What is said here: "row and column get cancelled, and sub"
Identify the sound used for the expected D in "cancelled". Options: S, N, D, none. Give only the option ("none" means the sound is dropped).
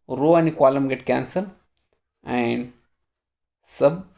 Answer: none